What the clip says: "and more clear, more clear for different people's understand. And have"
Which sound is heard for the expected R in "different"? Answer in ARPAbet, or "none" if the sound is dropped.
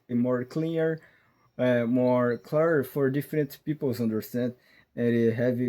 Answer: R